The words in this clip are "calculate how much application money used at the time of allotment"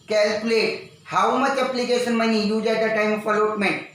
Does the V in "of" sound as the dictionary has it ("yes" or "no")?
no